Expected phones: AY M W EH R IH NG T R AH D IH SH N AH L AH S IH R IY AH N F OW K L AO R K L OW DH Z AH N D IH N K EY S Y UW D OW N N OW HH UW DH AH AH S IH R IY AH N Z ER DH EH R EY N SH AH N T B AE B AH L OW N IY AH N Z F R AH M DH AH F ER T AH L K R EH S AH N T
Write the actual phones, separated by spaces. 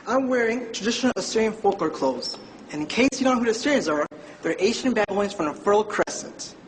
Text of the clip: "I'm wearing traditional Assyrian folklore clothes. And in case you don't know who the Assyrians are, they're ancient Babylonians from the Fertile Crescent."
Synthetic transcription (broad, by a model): AY M W EH R IH NG T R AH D IH SH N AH L AH S IH R IY AH N F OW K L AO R K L OW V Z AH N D IH N K EY S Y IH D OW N N OW HH UW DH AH AH S IH R IY AH N Z ER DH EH R EY SH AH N B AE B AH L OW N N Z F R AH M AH F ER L K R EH S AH N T